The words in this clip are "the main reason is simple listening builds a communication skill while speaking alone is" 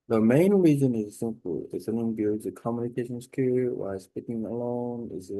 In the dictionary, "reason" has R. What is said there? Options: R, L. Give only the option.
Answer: R